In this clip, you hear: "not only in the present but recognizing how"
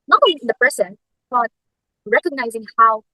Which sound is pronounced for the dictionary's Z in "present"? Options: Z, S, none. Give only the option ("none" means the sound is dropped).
S